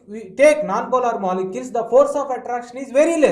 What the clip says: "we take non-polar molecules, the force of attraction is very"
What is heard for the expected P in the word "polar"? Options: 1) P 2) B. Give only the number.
2